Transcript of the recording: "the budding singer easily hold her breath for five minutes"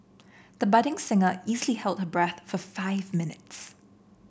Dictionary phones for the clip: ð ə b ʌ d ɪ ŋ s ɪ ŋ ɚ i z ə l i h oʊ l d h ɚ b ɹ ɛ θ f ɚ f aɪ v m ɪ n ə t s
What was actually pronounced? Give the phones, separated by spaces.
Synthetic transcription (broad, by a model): ð ə b ʌ d ɪ ŋ s ɪ ŋ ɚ i z ə l i h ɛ l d h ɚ b ɹ ɛ θ f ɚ f aɪ v m ɪ n ə t s